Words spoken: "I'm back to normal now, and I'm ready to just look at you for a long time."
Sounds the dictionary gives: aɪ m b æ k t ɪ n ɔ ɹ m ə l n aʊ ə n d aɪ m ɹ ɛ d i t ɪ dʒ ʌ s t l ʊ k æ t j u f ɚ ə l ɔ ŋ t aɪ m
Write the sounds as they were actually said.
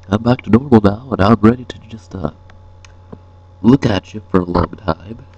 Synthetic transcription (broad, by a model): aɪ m b æ k t ɪ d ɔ ɹ ə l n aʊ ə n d aɪ m ɹ ɛ d i t ɪ dʒ ʌ s t l ʊ k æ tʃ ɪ f ɚ ə l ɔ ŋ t aɪ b